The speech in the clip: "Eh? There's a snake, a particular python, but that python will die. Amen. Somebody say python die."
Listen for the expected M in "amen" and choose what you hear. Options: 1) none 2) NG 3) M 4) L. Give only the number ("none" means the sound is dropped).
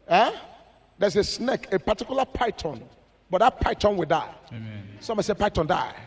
1